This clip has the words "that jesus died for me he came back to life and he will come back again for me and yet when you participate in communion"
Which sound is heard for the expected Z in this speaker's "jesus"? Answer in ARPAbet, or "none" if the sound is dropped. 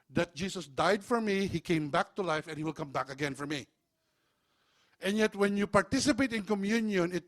S